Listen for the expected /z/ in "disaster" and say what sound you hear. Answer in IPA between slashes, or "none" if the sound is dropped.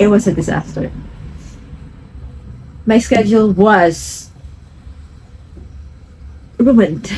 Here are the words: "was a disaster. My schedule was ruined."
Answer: /z/